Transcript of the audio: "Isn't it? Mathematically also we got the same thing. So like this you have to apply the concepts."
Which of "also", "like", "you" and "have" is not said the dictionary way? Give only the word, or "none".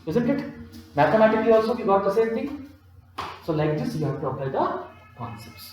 have